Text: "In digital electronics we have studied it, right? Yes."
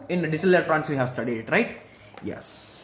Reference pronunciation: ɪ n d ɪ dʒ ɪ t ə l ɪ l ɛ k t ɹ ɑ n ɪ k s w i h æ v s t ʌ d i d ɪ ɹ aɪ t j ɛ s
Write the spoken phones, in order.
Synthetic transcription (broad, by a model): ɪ n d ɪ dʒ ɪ s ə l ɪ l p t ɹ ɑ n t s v i h æ v s t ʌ d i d ɹ aɪ t j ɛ s